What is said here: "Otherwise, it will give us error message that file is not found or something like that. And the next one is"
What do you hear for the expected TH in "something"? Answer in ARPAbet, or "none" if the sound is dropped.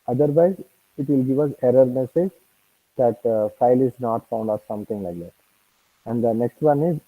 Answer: T